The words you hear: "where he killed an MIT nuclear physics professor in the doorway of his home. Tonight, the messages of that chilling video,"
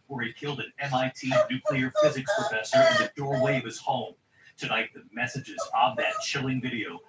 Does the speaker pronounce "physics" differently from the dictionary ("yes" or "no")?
no